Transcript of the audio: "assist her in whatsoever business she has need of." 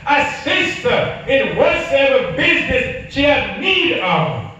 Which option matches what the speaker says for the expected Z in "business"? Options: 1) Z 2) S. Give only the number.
1